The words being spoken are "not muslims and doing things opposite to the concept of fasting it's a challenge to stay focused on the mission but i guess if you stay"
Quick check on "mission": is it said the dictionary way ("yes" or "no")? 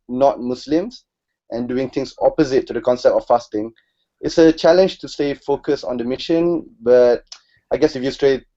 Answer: yes